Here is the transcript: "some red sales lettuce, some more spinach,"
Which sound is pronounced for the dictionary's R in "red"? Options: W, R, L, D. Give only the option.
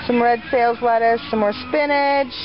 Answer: R